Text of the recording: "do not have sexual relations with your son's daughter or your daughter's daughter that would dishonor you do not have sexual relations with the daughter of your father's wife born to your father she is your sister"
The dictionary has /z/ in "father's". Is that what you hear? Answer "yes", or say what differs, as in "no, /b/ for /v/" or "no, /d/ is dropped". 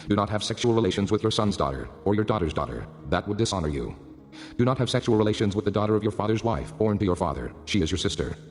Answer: yes